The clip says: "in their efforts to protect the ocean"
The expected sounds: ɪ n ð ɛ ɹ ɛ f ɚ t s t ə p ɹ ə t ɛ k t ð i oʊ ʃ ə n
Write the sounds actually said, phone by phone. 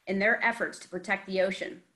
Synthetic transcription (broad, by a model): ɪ n ð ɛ ɹ ɛ f ɚ t s t ə p ɹ ə t ɛ k t ð i oʊ ʃ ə n